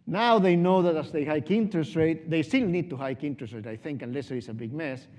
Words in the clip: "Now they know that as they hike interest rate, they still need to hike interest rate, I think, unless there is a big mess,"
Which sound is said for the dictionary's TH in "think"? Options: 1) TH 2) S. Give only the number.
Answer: 1